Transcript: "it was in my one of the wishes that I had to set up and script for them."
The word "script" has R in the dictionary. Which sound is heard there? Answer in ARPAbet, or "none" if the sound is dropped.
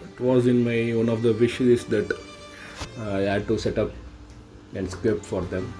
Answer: none